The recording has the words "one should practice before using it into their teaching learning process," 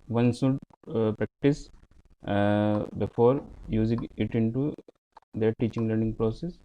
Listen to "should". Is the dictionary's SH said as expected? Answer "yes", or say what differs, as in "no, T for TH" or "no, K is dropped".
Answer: no, S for SH